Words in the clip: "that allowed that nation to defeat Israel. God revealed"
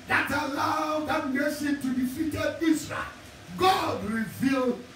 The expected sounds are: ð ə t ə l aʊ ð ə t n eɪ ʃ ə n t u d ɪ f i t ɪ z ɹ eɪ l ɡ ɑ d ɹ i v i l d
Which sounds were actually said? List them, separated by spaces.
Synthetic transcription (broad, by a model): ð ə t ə l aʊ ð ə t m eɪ s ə t u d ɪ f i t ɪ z ɹ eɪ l ɡ ɑ d ɹ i v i l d